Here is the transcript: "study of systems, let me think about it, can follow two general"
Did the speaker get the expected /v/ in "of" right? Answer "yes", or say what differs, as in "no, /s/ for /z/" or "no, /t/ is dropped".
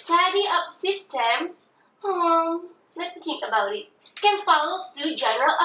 no, /p/ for /v/